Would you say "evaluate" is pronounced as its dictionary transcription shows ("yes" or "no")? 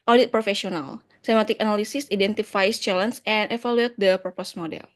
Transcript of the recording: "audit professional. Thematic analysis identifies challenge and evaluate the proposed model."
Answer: no